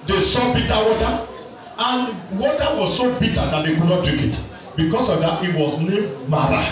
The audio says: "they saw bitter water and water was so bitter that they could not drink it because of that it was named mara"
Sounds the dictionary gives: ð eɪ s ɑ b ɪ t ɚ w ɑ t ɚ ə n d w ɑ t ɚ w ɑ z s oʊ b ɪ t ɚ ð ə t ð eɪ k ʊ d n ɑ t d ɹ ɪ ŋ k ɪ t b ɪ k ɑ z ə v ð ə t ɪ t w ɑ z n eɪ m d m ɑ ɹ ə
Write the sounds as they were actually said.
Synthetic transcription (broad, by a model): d eɪ s ɑ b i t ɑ w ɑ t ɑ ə n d w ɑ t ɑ w ɑ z s oʊ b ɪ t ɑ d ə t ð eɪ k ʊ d n ɑ t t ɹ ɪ k ɪ t b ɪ k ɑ s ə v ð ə t ɪ t w ɑ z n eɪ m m ɑ ɹ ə